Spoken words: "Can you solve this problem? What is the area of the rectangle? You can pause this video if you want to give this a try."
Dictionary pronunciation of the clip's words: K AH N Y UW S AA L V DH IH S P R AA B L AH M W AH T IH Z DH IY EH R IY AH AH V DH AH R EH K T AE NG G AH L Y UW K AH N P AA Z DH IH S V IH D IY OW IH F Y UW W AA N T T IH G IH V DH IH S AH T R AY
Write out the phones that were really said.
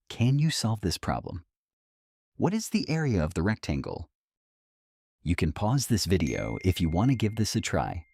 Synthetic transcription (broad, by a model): K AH N Y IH S AA L V DH IH S P R AA B L AH M W AH T IH Z DH IY EH R IY AH AH V DH AH R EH K T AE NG G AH L Y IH K AH N P AA Z DH IH S V IH D IY OW IH F Y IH W AA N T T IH G IH V DH IH S AH T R AY